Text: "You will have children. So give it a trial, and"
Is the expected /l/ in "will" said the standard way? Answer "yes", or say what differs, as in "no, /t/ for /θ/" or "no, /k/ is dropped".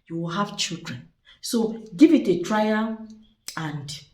yes